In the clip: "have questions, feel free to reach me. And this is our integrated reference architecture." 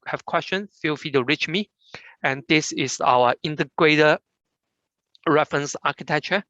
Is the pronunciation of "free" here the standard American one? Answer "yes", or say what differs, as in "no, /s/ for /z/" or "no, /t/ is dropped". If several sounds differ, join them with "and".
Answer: no, /ɹ/ is dropped